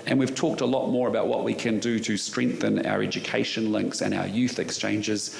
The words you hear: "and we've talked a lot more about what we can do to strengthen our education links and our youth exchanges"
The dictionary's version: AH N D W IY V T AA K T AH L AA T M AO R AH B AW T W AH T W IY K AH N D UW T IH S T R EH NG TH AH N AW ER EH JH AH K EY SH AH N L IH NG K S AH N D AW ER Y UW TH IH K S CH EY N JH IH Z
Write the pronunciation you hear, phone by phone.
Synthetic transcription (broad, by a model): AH N W IY V T AA K T AH L AA T M AO R AH B AW T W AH T W IY K AH N D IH T IH S T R EH NG TH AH N AW ER EH JH AH K EY SH AH N L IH NG K S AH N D AW ER Y UW TH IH K S CH EY N JH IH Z